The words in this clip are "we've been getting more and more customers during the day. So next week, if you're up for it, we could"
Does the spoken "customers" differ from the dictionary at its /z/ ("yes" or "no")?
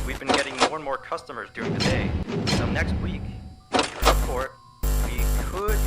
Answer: no